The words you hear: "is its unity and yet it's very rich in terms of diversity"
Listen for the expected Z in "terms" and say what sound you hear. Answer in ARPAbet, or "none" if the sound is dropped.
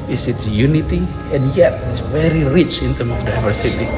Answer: none